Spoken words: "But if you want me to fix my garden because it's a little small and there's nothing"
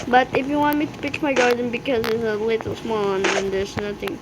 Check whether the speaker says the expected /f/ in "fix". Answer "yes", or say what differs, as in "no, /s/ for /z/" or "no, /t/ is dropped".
no, /p/ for /f/